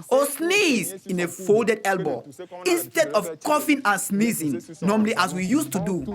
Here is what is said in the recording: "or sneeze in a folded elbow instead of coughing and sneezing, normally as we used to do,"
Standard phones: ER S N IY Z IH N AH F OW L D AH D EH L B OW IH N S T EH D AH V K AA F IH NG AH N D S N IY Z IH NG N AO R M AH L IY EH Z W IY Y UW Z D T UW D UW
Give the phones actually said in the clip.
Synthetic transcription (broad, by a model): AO S N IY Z IH N AH F OW L D AH D EH L B OW IH N S T EH D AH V K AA F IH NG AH N S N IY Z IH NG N AO M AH L IY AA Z W IY Y UW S T UW D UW